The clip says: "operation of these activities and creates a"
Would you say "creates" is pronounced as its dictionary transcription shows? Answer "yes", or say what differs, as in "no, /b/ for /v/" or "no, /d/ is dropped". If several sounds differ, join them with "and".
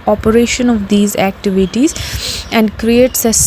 yes